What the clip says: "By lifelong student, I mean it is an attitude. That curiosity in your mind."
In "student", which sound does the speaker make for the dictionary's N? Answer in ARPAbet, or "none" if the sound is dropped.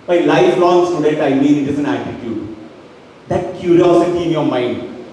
none